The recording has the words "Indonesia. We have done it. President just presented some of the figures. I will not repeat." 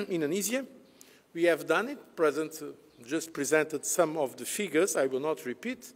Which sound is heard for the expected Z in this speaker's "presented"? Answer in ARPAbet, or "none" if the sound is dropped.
Z